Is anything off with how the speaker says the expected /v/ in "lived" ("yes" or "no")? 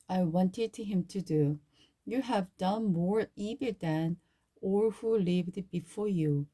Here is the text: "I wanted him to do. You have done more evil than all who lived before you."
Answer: no